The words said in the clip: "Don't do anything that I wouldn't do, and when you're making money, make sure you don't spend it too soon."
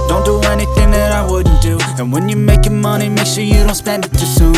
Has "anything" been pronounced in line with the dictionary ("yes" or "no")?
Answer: yes